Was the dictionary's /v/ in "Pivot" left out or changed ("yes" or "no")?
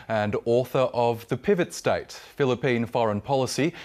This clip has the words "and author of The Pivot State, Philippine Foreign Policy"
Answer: no